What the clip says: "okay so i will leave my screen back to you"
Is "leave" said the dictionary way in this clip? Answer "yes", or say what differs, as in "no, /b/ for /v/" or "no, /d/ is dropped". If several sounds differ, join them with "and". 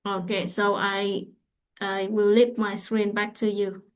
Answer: no, /p/ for /v/